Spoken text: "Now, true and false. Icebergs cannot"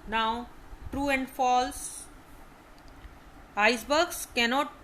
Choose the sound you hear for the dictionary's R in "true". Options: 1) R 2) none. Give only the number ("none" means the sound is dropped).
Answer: 1